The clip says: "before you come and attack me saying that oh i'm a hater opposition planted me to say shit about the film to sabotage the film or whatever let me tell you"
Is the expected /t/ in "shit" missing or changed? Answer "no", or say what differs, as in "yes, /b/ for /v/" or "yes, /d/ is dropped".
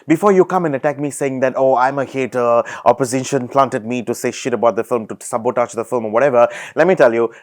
no